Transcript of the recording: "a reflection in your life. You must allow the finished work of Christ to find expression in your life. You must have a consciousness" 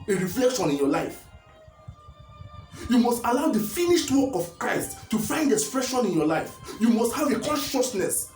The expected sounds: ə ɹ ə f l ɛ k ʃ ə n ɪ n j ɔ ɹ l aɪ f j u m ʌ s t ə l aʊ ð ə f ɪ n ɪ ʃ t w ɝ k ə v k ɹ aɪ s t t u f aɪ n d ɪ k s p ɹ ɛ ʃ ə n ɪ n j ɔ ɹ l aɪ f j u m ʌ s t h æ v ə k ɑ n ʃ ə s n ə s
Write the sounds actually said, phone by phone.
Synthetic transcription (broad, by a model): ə ɹ ə f l ɛ k ʃ ə n ɪ n j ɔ l aɪ f j u m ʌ s t ə l aʊ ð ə f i n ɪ ʃ t w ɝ k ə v k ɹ aɪ s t t u f aɪ n d ɪ k s p ɹ ɛ ʃ ə n ɪ n j ɔ l aɪ f j u m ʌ s t h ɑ v ə k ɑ n ʃ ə s n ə s